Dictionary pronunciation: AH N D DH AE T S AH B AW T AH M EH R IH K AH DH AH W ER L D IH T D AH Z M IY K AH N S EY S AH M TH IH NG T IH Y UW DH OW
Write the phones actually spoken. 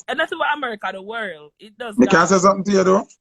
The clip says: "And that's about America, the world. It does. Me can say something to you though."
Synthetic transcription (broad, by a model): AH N DH AE T S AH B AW AH M EH R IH K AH DH AH W ER L D IH T D AH Z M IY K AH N S EY S AH M TH IH NG T IH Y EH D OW